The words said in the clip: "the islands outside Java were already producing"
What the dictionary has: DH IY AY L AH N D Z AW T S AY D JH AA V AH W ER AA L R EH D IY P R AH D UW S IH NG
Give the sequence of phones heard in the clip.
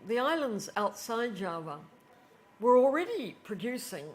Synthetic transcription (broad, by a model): DH IY AY L AH N D Z AW T S AY D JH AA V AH W ER L R EH D IY P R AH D UW S IH NG